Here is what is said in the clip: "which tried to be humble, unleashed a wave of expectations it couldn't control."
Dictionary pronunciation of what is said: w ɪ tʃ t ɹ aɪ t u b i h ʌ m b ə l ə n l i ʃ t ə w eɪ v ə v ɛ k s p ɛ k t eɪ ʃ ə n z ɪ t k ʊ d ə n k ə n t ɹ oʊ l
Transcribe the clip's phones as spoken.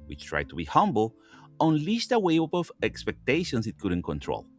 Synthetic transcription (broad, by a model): w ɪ tʃ t ɹ aɪ t u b i h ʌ m b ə l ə n l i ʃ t ə w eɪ p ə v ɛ k s p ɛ k t eɪ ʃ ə n s ɪ t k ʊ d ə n k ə n t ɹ oʊ l